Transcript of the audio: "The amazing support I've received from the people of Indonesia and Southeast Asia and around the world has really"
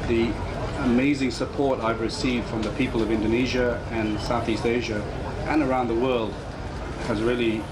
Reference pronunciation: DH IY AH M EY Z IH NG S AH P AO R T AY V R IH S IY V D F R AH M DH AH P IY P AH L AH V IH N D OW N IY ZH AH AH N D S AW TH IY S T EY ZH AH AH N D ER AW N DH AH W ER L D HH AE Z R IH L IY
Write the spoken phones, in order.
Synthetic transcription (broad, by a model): DH IY AH M EY Z IH NG S AH P AO R T AY V R IH S IY V D F R AH M DH AH P IY P L AH V IH N D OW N IY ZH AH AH N S AW TH IY S T EY ZH AH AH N ER AW N DH AH W ER L D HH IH Z R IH L IY